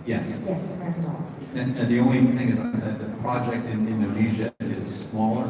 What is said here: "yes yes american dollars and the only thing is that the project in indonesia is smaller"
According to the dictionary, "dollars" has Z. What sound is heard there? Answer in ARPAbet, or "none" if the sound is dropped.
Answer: none